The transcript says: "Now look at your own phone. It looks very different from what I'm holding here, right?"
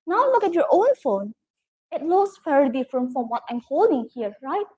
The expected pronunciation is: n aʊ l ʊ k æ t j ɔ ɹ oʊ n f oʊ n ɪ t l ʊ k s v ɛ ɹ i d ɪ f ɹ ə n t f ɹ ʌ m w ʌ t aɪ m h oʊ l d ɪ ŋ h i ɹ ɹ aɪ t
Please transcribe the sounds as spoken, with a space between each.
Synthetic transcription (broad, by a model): n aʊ l ʊ k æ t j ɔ ɹ oʊ n f oʊ n ɪ t l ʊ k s f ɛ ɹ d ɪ f ɹ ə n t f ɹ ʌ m w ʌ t aɪ m h oʊ l d ɪ ŋ h i ɹ ɹ aɪ t